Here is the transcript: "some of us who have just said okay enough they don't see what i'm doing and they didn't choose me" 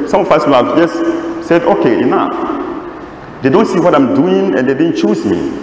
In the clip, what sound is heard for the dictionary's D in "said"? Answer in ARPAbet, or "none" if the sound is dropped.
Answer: D